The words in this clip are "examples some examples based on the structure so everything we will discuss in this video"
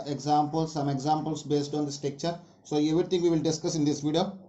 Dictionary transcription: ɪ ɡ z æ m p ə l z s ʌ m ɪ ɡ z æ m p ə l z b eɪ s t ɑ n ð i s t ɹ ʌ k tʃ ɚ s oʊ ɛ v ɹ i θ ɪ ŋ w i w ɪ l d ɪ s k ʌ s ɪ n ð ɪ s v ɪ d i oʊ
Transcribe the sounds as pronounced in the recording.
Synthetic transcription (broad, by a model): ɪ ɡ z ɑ m p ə l s ʌ m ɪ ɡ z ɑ m p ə l s b eɪ s t ɑ n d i s t i k tʃ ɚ s oʊ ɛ v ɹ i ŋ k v i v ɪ l d ɪ s k ʌ s ɪ n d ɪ s v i d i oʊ